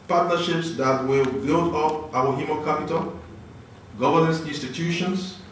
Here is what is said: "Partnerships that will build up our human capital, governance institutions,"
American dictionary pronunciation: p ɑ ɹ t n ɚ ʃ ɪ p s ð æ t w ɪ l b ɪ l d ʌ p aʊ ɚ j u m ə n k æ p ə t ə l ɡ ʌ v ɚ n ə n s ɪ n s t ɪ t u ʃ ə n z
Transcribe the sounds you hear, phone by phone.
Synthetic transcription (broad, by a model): p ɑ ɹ t n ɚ ʃ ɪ p s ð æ t w ɪ l b ɪ l d ʌ p aʊ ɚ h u m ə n k æ p ə t ə l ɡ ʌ v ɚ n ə n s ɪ n s t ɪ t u ʃ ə n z